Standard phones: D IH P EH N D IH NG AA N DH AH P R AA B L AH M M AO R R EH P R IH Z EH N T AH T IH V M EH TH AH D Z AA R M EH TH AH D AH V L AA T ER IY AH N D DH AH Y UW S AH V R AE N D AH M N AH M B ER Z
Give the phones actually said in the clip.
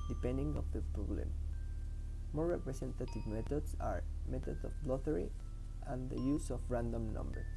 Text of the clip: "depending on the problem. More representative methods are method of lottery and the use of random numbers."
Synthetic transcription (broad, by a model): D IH P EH N D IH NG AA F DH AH P R AA B L AH M M AO R R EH P R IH S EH N T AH T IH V M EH T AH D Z AA R M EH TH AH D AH B L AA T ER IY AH N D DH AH Y UW S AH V R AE N D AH M N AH M B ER